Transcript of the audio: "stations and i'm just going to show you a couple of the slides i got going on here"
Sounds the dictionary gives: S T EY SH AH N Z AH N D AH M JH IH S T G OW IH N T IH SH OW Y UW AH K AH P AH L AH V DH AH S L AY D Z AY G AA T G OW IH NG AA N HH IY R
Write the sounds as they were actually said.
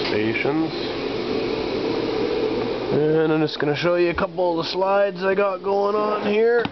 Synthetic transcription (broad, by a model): S T EY SH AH N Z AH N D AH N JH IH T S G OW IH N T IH SH OW Y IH AH K AH P L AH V DH AH S L AY D Z AY G AA T G OW IH NG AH N HH IY R